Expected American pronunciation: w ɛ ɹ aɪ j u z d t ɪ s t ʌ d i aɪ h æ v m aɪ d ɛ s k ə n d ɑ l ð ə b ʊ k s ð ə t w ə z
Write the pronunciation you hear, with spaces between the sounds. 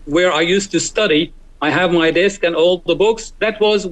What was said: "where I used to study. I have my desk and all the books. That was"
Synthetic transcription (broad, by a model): w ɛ ɹ aɪ j u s t ɪ s t ʌ d i aɪ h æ v m aɪ d ɛ s k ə n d ɑ l ð ə b ʊ k s ð ə t w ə z